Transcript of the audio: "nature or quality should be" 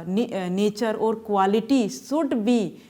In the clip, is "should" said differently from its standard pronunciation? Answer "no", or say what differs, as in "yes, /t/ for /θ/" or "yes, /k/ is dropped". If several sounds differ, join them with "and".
yes, /s/ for /ʃ/